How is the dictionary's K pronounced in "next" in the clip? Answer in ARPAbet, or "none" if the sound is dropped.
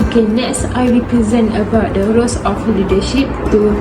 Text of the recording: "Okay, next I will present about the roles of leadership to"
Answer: none